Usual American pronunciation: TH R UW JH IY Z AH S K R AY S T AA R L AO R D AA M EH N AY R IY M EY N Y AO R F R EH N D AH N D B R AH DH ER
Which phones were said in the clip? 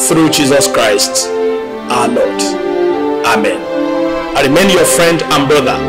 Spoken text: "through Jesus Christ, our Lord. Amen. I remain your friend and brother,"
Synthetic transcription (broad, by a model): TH R UW JH IY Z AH S K R AY S T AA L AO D AA M EH N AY R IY M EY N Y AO F R EH N D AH N B R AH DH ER